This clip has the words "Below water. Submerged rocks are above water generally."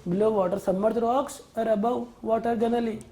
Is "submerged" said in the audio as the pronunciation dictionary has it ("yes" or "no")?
no